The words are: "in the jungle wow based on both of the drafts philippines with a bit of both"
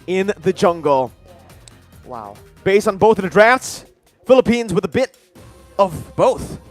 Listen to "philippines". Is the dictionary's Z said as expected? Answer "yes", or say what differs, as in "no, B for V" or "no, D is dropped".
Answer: yes